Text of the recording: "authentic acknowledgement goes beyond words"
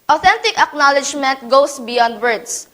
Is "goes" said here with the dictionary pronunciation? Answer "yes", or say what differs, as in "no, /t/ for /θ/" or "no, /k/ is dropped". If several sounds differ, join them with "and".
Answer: no, /s/ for /z/